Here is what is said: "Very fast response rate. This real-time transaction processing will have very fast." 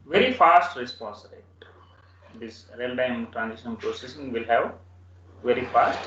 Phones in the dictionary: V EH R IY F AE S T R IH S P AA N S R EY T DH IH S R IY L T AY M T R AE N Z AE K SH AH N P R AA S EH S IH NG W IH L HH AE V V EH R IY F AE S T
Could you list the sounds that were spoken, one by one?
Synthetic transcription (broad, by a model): V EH R IY F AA S T R IH S P AA N S R EY T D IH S R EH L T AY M T R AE N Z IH SH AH N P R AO S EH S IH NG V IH L HH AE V V EH R IY F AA S T